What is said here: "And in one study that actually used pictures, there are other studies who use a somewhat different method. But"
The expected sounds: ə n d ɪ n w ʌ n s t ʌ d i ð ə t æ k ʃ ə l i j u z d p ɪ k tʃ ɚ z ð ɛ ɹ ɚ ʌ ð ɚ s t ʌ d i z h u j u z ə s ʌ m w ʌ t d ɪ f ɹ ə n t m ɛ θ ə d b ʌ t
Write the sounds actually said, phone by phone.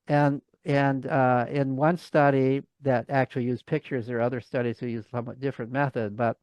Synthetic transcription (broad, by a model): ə n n ɪ n w ʌ n s t ʌ d i ð ə t æ k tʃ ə l i j u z p ɪ k tʃ ɚ z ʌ ɹ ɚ ʌ ð ɚ s t ʌ d i z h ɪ j u z s ʌ m w ʌ t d ɪ f ɹ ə n m ɛ θ ə d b ʌ t